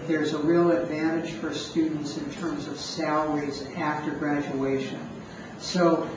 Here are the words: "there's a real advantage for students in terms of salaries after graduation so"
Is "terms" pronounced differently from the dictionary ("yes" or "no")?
no